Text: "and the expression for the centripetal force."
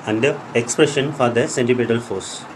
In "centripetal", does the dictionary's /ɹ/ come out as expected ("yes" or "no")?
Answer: no